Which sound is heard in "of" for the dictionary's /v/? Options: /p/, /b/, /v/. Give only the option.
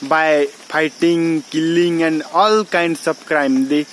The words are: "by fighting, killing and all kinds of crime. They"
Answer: /b/